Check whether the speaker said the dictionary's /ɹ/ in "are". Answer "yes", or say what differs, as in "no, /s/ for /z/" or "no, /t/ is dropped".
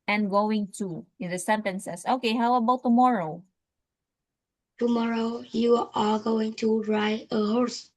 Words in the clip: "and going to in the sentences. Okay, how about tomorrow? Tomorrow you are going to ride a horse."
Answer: no, /l/ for /ɹ/